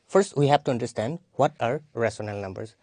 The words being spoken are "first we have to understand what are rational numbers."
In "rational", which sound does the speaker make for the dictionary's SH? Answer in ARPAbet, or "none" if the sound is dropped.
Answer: S